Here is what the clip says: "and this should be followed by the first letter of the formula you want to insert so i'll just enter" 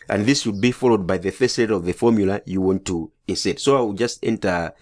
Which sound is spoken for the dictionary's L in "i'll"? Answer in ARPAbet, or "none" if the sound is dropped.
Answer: W